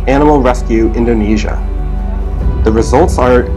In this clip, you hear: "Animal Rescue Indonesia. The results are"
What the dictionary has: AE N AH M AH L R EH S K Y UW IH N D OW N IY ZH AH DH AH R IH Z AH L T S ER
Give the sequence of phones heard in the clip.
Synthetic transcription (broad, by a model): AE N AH M L R EH S K Y UW IH N D OW N IY ZH AH DH AH R IH Z AH L T S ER